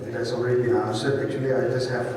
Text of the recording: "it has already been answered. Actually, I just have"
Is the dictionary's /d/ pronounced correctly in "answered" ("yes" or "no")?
no